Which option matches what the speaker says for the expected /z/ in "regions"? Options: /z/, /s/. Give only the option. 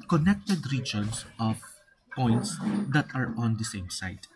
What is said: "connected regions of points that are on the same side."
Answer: /s/